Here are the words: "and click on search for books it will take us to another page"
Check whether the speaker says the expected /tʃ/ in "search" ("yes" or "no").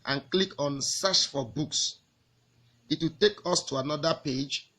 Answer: no